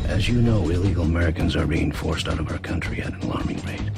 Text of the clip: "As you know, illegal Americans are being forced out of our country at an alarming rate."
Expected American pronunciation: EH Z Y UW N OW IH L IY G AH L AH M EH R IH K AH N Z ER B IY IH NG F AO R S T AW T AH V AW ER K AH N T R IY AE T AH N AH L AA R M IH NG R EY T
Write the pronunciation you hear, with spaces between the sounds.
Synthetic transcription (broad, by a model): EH Z Y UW N OW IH L IY G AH L AH M EH R IH K AH N Z ER B IY IH NG F AO R S T AW T AH V AW ER K AH N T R IY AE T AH N L AA R M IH NG R EY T